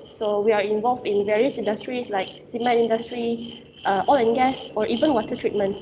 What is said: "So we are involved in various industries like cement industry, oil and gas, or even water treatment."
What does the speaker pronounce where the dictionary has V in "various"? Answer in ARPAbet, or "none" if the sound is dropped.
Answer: V